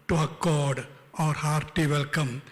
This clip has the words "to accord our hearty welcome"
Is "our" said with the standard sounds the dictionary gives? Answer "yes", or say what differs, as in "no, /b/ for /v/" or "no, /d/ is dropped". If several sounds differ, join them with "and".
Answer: yes